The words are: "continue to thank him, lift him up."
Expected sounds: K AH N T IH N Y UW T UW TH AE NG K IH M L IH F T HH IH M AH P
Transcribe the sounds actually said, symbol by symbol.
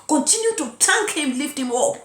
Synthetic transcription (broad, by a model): K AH N T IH N Y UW T UW T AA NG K IH M L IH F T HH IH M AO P